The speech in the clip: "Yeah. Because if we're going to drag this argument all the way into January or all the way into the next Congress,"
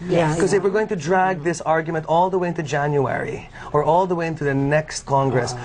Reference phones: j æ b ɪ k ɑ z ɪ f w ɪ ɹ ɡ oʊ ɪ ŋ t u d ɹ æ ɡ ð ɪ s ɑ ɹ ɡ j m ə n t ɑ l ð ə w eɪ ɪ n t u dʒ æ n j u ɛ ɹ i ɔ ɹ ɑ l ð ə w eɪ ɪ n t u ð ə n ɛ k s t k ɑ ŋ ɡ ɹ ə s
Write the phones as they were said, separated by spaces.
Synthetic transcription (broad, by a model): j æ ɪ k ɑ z ɪ f w ɪ ɹ ɡ oʊ ɪ ŋ t u d ɹ æ ɡ ð ɪ s ɑ ɹ ɡ j m ə n t ɑ l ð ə w eɪ ɪ n t u dʒ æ n j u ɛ ɹ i ɔ ɹ ɑ l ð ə w eɪ ɪ n t u ð ə n ɛ k s t k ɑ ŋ ɡ ɹ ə s